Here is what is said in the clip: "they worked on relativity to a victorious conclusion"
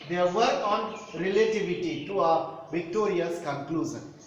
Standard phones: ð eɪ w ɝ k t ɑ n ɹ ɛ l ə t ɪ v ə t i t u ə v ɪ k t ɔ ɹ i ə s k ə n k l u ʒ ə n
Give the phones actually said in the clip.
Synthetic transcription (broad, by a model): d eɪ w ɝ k ɑ n ɹ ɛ l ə t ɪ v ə t i t u ə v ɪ k t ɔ ɹ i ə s k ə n k l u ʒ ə n